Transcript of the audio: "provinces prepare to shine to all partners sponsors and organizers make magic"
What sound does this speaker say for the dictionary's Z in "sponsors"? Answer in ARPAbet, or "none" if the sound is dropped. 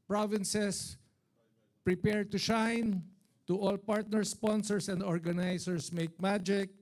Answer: S